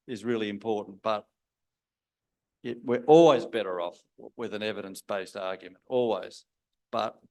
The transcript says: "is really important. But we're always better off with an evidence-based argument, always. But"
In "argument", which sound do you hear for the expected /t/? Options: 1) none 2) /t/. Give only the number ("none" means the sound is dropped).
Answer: 2